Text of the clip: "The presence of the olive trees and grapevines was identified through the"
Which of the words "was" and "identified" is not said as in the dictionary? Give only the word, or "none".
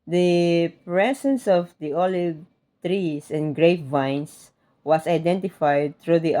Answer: was